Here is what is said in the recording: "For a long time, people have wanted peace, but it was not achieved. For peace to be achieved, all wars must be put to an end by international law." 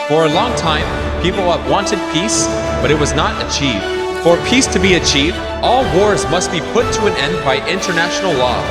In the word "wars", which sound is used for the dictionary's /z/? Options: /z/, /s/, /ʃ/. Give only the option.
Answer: /z/